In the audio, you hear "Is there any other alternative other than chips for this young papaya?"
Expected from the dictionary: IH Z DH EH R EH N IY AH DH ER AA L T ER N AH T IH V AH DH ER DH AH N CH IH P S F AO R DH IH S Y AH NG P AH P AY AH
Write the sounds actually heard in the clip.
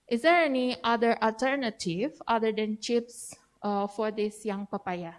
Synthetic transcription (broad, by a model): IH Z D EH R EH N IY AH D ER AA L T ER N AH T IH V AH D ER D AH N CH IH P S F AO R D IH S Y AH NG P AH P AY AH